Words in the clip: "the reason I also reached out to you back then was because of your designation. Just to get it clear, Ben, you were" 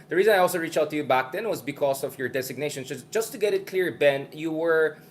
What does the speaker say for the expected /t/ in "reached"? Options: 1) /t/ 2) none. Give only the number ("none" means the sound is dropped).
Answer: 2